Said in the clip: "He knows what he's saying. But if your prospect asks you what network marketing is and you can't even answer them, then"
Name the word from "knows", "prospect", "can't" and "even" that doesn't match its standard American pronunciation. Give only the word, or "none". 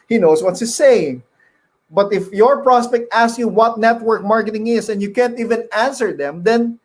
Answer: knows